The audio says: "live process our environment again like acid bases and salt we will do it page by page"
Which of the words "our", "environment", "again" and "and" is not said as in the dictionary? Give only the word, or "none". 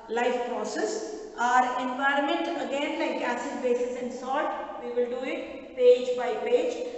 none